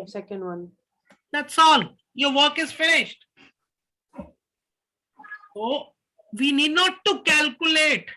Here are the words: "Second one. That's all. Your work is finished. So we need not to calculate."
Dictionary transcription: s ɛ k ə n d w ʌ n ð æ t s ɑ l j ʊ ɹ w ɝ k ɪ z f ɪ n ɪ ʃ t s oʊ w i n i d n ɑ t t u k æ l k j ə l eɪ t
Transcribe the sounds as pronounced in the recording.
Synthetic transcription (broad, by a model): s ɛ k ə n d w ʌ n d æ t s ɑ l j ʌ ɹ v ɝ k ɪ z f ɪ n ɪ ʃ t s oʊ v i n i d n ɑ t t u k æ l k j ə l eɪ t